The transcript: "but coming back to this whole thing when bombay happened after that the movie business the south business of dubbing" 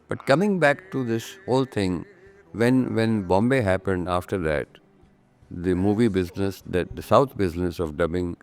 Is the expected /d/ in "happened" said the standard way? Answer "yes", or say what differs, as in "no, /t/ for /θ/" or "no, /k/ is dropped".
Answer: yes